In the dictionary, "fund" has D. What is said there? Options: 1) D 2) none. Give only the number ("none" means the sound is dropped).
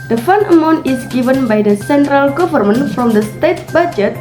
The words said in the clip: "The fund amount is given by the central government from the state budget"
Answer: 2